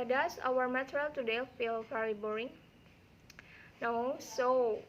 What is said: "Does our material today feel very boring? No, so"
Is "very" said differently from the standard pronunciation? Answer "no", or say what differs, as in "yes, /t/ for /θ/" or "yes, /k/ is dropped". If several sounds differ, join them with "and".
yes, /f/ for /v/